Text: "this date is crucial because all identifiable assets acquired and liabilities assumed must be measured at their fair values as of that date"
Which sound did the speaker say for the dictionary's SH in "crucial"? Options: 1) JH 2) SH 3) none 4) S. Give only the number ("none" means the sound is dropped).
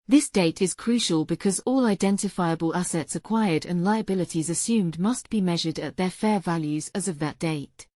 2